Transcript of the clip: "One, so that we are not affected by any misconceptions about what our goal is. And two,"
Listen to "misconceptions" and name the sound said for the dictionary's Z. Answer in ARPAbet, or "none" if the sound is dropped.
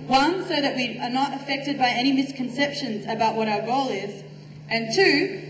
Z